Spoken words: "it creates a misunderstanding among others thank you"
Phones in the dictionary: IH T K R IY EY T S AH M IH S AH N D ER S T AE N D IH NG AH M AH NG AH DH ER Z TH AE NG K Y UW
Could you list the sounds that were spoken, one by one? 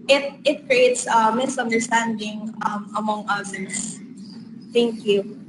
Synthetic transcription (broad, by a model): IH T K R IY EY T S AH M IH S AH N D ER S T AE N D IH NG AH M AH NG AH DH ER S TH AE NG K Y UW